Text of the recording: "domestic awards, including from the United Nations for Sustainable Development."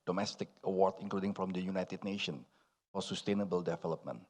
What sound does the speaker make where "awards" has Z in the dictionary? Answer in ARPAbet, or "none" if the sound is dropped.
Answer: none